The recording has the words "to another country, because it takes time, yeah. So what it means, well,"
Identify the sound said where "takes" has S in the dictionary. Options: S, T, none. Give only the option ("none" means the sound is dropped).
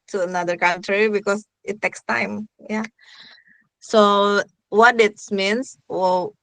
S